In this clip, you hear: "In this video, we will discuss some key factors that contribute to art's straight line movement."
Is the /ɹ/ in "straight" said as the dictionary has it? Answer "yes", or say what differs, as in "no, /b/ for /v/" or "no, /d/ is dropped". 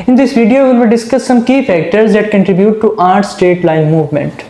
no, /ɹ/ is dropped